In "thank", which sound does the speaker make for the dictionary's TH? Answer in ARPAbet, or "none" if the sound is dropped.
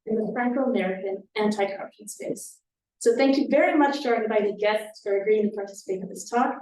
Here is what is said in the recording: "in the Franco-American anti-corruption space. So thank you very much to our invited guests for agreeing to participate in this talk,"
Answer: TH